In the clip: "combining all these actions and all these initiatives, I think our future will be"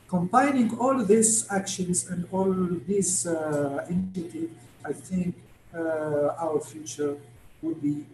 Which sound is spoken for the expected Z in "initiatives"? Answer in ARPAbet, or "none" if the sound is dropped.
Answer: none